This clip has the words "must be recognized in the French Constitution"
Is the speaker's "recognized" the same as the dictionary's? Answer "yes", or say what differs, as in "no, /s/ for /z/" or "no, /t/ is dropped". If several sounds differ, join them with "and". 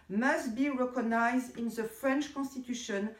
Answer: yes